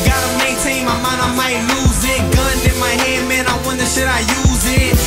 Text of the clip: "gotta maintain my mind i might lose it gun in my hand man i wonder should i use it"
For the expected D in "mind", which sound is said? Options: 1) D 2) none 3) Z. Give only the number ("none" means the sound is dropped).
2